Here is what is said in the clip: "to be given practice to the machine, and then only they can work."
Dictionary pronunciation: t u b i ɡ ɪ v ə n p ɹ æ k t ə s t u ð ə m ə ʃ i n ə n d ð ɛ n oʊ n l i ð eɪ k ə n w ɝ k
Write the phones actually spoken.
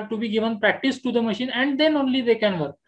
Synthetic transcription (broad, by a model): t u b i ɡ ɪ v ə n p ɹ æ k t ə s t u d ə m ə ʃ i n ə n d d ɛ n oʊ n l i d eɪ k ə n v ɝ k